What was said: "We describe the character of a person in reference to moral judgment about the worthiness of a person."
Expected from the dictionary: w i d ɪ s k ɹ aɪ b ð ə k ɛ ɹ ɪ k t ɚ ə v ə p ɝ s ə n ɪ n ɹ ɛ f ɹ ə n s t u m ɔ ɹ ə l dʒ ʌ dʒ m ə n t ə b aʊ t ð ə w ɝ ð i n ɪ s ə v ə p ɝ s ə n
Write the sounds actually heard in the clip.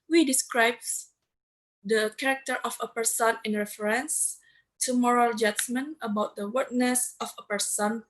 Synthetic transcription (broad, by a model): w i d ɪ s k ɹ aɪ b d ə k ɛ ɹ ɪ k t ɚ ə f ə p ɝ s ə n ɪ n ɹ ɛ f ɹ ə n s t u m ɔ ɹ ə l dʒ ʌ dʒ m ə n ə b aʊ t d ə w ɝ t n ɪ s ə f ə p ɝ s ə n